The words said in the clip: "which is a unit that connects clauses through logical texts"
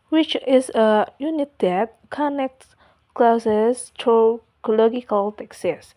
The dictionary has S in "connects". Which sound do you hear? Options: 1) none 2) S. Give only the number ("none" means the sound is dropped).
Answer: 1